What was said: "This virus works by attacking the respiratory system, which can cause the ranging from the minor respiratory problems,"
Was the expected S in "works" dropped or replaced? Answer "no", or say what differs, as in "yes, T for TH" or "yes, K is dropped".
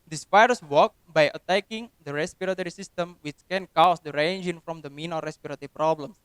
yes, S is dropped